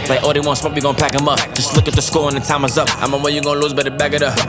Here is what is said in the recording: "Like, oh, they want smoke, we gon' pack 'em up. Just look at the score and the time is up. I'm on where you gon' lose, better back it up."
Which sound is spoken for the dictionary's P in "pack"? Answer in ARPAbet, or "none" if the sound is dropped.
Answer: P